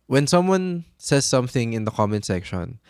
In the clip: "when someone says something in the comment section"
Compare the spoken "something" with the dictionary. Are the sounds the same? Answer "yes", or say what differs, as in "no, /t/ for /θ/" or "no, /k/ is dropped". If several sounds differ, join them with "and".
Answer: yes